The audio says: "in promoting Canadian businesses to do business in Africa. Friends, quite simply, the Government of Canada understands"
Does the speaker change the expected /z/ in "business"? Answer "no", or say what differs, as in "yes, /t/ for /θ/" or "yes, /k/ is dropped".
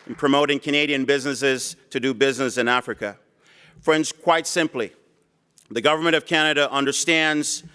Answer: no